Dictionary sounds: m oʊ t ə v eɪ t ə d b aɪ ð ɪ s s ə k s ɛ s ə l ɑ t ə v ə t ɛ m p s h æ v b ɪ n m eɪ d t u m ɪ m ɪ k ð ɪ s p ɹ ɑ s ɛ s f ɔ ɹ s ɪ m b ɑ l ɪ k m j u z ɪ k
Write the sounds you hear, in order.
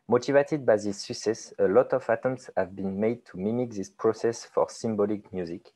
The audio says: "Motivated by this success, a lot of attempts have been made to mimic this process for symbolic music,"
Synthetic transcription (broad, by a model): m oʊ t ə v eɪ t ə d b aɪ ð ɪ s s ə k s ɛ s ə l ɑ t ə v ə t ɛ m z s h æ v b ɪ n m eɪ d t u m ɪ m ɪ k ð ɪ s p ɹ ɑ s ɛ s f ɔ ɹ s ɪ m b ɑ l ɪ k m j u z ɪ k